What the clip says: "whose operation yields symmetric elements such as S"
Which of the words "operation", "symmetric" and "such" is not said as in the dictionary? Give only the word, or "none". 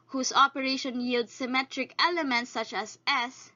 none